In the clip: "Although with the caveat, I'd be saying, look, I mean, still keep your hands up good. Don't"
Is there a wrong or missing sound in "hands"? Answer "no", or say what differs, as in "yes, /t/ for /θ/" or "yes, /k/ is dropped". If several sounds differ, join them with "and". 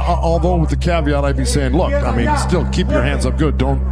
no